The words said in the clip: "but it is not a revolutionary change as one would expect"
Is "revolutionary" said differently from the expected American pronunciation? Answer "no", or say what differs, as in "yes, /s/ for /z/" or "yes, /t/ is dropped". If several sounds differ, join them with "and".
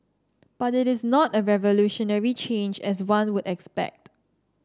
no